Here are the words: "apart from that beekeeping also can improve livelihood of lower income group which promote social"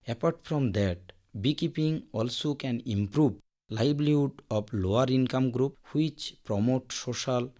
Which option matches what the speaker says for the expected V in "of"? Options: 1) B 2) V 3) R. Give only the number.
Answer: 1